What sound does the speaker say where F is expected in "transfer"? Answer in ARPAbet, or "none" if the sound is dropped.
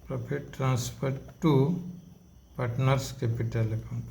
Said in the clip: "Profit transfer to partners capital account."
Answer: P